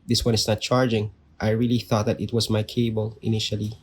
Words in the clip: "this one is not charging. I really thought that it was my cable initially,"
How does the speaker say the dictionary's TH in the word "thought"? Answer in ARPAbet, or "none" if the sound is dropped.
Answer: TH